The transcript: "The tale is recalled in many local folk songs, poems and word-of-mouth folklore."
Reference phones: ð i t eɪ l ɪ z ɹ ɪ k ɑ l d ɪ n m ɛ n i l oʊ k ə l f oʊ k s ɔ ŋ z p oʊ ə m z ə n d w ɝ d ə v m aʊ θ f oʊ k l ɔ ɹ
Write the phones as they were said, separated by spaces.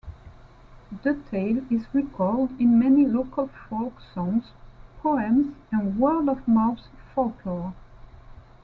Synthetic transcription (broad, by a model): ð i t eɪ l ɪ z ɹ ɪ k ɑ l d ɪ n m ɛ n i l oʊ k ə l f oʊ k s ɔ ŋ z p oʊ ə m z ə n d w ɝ d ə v m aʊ s f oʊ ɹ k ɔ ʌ